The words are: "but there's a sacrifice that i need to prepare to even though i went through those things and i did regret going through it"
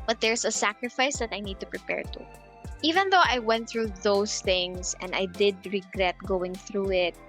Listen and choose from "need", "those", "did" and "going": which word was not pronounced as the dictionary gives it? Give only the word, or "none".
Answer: those